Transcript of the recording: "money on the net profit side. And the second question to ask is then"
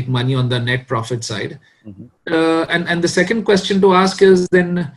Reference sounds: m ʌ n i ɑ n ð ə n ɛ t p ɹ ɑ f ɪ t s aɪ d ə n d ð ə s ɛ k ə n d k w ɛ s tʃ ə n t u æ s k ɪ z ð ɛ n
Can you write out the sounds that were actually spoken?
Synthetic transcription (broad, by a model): m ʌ n i ɑ n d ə n ɛ t p ɹ ɑ f ɪ t s aɪ d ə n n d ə s ɛ k ə n d k w ɛ s tʃ ə n t u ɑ s k ɪ z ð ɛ n